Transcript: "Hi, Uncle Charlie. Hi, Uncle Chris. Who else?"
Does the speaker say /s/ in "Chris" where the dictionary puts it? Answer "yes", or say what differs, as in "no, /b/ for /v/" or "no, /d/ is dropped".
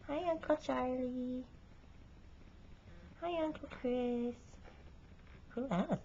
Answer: yes